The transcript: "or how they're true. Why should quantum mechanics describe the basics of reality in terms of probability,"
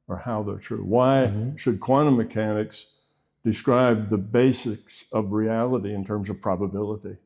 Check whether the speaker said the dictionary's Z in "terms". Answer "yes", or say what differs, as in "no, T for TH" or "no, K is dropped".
yes